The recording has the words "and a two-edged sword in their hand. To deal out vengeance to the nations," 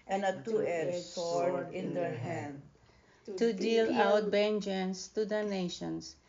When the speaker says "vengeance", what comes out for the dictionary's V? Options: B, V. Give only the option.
B